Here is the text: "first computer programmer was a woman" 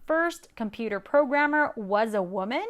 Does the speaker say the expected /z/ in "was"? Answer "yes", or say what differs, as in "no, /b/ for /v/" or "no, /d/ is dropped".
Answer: yes